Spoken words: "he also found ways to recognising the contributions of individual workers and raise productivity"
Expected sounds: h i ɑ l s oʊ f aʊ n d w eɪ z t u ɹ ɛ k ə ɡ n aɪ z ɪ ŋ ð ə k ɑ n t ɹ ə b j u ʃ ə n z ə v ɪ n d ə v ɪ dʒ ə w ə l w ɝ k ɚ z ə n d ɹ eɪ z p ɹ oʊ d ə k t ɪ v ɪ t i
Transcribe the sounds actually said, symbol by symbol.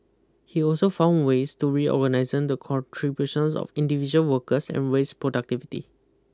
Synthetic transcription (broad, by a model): h i ɑ l s oʊ f aʊ n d w eɪ s t u ɹ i ə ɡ n aɪ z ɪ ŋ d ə k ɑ n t ɹ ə b j u ʃ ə n s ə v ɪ n d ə v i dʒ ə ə l w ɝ k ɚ s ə n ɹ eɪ s p ɹ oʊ d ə k t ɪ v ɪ t i